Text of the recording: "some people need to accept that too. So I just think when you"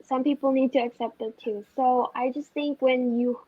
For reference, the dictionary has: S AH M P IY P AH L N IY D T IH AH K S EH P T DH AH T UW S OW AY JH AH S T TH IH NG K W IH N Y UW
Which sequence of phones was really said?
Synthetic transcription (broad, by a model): S AH M P IY P L N IY D T IH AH K S EH P T DH AH T UW S OW AY JH AH S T TH IH NG K W IH N Y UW